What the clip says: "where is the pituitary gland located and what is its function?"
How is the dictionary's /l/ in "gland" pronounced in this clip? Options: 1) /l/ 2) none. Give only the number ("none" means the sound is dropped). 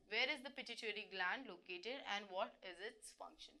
1